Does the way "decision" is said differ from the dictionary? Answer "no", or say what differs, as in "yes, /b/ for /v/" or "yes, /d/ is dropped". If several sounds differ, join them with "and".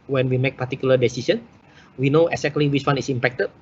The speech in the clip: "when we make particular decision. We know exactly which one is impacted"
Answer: yes, /s/ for /ʒ/